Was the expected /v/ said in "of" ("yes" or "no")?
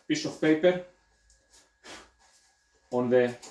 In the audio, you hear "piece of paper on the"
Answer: no